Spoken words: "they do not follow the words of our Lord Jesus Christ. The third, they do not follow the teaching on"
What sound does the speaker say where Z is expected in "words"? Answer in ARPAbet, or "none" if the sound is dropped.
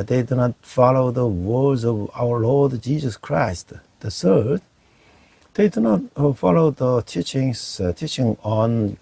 Z